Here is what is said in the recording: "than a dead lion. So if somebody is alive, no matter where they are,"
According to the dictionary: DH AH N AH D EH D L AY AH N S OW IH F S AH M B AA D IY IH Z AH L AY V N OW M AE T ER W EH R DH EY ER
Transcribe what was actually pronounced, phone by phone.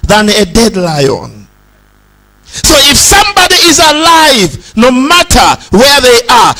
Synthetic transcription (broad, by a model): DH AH N AH D EH D L AY AH N S OW IH F S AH M B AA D IY IH Z AH L AY V N OW M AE T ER W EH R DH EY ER